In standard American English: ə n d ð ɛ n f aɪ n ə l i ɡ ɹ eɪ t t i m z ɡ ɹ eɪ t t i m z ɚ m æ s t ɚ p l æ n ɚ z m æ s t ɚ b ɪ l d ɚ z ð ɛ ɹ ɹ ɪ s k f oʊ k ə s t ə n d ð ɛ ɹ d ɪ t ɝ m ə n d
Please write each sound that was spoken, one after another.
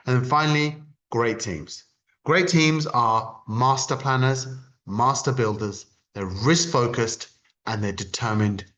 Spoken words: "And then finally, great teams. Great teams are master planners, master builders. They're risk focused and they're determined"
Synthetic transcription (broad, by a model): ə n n f aɪ n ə l i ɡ ɹ eɪ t t i m z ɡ ɹ eɪ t t i m z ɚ m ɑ s t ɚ p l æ n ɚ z m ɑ s t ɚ b ɪ l d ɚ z ð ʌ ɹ ɹ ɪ s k f oʊ k ə s t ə n ð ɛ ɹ d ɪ t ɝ m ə n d